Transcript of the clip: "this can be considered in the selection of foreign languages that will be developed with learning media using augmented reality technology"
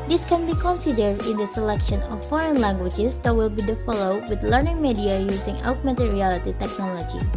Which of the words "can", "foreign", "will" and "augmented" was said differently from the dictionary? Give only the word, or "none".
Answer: augmented